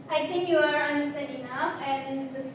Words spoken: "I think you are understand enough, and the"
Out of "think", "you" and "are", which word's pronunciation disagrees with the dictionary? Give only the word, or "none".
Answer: think